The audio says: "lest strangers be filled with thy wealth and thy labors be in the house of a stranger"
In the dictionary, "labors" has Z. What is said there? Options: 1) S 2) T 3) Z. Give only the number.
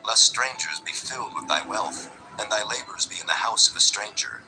3